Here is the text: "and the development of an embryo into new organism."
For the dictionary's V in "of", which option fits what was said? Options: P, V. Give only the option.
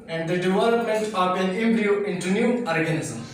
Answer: P